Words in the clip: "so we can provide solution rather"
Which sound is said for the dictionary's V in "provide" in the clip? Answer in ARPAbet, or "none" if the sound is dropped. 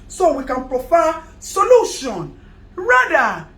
F